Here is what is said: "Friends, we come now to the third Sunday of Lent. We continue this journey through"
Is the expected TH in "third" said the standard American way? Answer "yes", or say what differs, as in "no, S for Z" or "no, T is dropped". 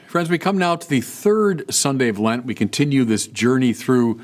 yes